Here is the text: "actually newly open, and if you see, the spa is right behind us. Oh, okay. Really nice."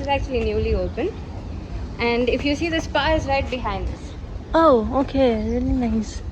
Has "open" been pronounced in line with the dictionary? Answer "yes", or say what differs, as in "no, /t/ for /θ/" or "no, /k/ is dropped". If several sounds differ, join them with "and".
yes